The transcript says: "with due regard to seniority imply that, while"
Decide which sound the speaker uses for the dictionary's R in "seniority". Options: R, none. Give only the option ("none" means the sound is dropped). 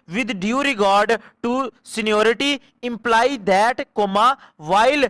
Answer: R